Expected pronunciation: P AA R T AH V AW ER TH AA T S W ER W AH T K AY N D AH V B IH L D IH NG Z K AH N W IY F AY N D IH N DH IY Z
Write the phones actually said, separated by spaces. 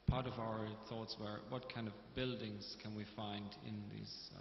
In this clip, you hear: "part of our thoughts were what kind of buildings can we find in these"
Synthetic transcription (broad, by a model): P AA R T AH V AW ER TH AA T S W ER W AH T K AY N D AH V B IH L D IH NG Z K AH N W IY F AY N D IH N DH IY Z